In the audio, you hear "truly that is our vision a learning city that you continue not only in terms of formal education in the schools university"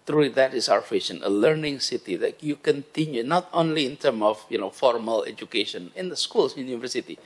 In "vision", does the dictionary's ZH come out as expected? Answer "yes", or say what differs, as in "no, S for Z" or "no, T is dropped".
no, SH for ZH